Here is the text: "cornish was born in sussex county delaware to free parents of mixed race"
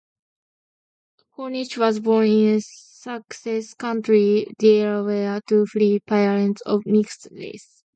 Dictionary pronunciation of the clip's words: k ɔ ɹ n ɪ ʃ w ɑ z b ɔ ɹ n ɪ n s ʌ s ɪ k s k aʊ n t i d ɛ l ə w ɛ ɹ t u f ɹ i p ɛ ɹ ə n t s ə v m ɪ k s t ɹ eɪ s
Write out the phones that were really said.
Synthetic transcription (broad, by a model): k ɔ n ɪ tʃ w ɑ z b ɔ ɹ n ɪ n s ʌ s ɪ s k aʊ n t i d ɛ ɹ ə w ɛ t u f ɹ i p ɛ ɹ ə n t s ə v m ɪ k s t l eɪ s